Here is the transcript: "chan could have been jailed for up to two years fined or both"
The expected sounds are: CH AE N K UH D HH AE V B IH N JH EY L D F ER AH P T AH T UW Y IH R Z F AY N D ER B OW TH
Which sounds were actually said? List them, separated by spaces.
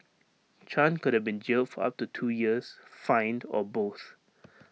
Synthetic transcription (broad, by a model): CH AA N K UH D HH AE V B IH N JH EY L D F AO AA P T AH T UW Y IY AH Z F AY N D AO B OW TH